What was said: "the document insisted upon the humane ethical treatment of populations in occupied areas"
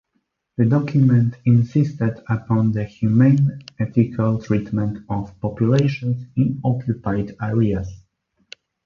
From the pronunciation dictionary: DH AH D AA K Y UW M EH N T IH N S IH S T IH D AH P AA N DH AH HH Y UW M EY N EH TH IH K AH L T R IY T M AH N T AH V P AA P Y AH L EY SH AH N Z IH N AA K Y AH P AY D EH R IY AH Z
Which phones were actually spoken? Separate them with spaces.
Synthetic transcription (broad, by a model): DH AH D AA K Y UW M EH N T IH N S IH S T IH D AH P AA N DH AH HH Y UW M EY N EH T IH K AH L T R IY T M AH N T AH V P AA P Y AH L EY SH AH N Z IH N AA K Y AH P AY D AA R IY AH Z